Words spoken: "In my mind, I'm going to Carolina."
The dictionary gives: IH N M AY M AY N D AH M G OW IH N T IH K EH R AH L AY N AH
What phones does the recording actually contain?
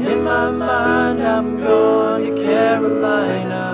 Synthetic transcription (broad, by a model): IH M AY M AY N AH M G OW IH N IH K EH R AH L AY N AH